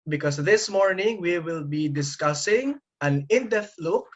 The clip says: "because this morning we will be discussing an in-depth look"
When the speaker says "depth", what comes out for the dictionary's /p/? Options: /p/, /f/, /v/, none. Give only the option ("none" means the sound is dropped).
none